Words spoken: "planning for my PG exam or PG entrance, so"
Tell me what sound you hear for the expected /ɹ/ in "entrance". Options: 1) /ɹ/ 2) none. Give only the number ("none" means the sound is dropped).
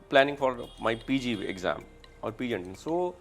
2